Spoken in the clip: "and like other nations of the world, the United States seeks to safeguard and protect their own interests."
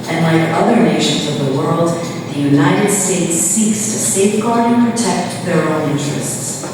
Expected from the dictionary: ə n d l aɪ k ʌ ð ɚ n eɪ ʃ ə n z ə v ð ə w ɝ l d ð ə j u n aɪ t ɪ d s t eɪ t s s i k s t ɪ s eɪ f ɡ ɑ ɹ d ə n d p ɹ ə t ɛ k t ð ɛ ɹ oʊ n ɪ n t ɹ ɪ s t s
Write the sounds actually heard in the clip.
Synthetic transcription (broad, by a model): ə n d l aɪ k ʌ ð ɚ n eɪ ʃ ə n z ə v ð ə w ɝ l d ð ə j u n aɪ t ɪ d s t eɪ t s s i k s t ɪ s eɪ f ɡ ɑ ɹ d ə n p ɹ ə t ɛ k t ð ɛ ɹ oʊ n ɪ n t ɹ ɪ s t s